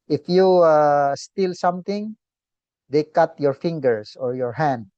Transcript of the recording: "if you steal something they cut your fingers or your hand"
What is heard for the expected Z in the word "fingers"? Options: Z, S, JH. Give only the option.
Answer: S